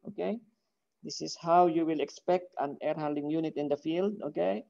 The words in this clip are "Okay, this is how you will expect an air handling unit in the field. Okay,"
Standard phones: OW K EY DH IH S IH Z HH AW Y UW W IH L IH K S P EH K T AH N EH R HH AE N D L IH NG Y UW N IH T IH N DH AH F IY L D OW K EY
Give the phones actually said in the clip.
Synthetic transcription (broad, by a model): OW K EY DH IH S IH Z HH AW Y UW W IH L IH K S P EH K T AH N EH R HH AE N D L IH NG Y UW N IH T IH N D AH F IY L D OW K EY